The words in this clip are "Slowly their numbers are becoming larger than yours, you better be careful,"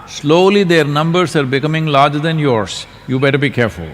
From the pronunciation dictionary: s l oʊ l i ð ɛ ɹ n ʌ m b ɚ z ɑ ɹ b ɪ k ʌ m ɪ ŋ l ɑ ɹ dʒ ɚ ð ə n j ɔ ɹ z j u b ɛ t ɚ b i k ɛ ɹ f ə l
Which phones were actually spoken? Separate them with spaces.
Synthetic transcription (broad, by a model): s l oʊ l i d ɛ ɹ n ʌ m b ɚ s ɑ ɹ b ɪ k ʌ m ɪ ŋ l ɑ ɹ dʒ ɚ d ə n j ɔ ɹ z j u b ɛ t ɚ b i k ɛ ɹ f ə l